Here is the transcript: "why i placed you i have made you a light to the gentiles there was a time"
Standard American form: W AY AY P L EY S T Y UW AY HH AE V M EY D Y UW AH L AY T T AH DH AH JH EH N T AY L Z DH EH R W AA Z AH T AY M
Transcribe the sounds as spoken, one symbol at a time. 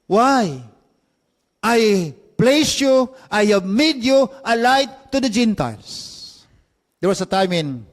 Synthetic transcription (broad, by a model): W AY AY P L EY S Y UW AY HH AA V M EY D Y UW AH L AY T T AH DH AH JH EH N T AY L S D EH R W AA S AH T AY M